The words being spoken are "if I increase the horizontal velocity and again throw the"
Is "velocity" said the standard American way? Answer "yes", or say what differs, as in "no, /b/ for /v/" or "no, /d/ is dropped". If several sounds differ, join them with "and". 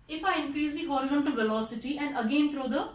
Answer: yes